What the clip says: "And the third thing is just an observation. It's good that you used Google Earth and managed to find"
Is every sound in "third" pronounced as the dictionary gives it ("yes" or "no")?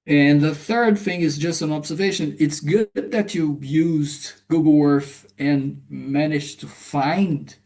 yes